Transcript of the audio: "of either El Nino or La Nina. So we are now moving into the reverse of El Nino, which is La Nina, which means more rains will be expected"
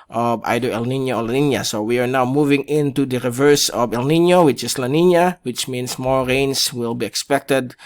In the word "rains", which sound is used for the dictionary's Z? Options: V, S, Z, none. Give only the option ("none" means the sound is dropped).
S